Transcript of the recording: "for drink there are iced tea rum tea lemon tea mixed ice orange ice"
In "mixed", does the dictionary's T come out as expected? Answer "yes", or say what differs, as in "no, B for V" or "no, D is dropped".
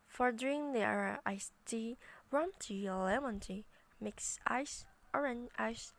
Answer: no, T is dropped